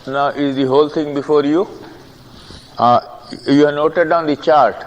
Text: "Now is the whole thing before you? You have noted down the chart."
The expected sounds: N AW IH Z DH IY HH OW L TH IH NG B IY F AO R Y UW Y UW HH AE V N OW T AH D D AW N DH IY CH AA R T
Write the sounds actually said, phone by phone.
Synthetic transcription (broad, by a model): N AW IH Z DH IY HH OW L T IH NG B IY F AO R Y UW Y UW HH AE N OW T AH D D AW N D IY CH AA R T